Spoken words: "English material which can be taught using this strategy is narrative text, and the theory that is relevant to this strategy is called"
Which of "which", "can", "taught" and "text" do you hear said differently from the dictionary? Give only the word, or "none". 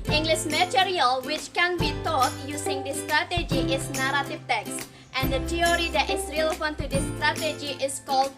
none